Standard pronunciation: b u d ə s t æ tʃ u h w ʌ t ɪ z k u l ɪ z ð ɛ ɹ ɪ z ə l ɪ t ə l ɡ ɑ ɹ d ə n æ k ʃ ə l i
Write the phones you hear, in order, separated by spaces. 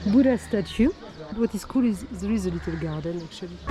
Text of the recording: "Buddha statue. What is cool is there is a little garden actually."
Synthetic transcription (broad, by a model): b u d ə s t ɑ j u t w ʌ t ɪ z k u l ɪ z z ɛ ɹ ɪ z ə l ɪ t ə l ɡ ɑ ɹ d ə n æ k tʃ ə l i